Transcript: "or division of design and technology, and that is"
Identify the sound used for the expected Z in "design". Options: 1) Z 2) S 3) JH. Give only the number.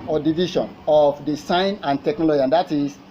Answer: 2